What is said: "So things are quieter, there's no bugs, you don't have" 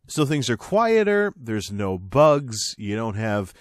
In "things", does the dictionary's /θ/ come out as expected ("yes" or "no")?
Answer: yes